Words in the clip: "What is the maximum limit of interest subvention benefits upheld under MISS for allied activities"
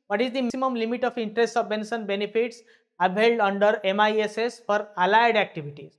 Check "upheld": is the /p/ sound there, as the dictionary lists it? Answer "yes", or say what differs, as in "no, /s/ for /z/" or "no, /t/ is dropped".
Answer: no, /b/ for /p/